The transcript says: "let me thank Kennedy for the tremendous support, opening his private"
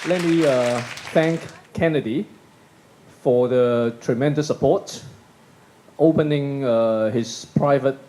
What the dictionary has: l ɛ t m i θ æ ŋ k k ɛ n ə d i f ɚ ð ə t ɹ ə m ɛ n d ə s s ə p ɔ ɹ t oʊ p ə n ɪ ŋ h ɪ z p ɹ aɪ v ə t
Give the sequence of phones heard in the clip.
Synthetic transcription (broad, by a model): l ɛ t m i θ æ ŋ k k ɛ n ə d i f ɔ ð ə t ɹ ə m ɛ n d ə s s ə p ɔ t oʊ p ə n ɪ ŋ h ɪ s p ɹ aɪ v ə t